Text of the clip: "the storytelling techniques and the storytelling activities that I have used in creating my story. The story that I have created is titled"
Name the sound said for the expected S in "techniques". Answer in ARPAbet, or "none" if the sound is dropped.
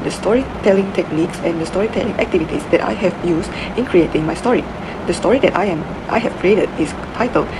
S